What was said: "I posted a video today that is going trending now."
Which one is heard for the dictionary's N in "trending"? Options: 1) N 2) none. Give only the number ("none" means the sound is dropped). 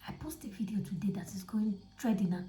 2